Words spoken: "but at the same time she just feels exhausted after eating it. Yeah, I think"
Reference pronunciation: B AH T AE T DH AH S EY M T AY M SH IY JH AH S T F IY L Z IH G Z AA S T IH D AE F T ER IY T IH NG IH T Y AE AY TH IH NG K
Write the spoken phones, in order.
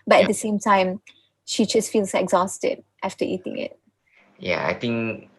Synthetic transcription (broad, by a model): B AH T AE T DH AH S EY M T AY M SH IY JH AH S T F IY L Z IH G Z AA S T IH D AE F T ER IY T IH NG IH T Y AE AY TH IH NG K